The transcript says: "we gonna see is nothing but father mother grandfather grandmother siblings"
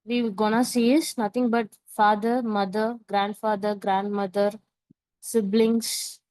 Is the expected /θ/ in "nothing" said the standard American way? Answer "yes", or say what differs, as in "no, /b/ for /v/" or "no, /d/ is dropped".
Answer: no, /t/ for /θ/